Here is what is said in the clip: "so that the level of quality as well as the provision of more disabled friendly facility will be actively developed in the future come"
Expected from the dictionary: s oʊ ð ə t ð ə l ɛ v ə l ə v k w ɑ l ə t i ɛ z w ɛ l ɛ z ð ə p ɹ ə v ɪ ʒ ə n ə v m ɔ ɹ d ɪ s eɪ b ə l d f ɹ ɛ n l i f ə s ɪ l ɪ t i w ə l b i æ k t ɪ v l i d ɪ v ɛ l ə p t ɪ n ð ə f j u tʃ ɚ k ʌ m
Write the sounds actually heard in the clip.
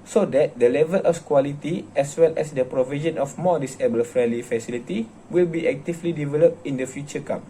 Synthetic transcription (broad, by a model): s oʊ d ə t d ə l ɛ v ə l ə f k w ɑ l ə t i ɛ s w ɛ l ɛ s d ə p ɹ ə v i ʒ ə n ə f m ɔ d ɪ s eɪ b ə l f ɹ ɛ l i f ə s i l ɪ t i w ə l b i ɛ k t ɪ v l i d ɪ v ɛ l ə p t ɪ n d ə f j u tʃ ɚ k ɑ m